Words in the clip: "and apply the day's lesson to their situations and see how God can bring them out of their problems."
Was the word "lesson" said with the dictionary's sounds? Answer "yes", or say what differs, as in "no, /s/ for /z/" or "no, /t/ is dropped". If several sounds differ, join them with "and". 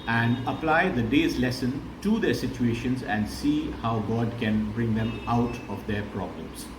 yes